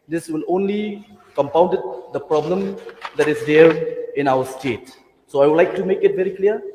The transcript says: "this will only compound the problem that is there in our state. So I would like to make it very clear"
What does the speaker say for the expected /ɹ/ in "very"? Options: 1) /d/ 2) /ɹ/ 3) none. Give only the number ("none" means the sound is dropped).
2